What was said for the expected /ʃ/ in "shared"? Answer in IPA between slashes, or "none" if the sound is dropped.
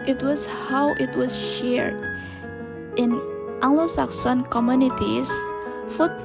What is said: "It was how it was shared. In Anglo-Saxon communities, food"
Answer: /ʃ/